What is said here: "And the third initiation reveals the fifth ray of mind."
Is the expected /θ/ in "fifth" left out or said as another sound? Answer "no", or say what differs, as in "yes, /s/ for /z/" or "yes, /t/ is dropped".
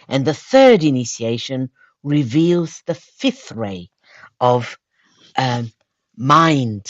no